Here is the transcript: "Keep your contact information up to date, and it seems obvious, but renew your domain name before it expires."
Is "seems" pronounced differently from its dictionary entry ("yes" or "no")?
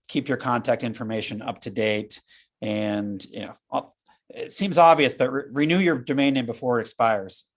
no